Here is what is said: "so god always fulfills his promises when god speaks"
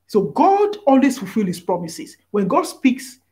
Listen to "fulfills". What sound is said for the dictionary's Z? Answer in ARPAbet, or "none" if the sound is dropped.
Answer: none